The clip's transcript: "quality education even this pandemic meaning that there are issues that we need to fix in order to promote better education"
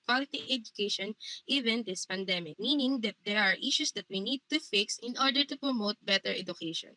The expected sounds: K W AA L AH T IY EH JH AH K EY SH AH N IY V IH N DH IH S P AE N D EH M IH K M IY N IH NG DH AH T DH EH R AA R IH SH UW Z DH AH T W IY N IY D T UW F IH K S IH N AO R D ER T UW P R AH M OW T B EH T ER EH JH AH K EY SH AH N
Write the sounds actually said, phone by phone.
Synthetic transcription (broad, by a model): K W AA L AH T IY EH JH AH K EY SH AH N IY V IH N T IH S P AE N D EH M IH K M IY N IH NG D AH T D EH R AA R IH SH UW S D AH T W IY N IY D T UW F IH K S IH N AO R D ER T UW P R AH M OW T B EH T ER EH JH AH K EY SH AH N